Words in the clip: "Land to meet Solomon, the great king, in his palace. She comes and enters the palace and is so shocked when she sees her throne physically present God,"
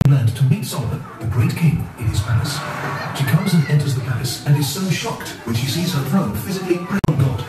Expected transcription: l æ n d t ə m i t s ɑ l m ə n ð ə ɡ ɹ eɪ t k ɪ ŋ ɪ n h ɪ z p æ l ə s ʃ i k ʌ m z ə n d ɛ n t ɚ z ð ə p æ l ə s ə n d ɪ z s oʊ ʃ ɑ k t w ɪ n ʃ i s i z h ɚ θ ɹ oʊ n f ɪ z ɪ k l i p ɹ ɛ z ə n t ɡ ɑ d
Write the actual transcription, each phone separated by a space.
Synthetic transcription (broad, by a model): l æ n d t ə m i t s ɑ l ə ð ə ɡ ɹ eɪ t k ɪ ŋ ɪ n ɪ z p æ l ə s ʃ i k ʌ m z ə n ɛ n t ɚ z ð ə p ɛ ə s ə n ɪ z s oʊ ʃ ɑ k t w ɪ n ʃ i s i z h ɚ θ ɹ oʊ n f ɪ z ɪ k l i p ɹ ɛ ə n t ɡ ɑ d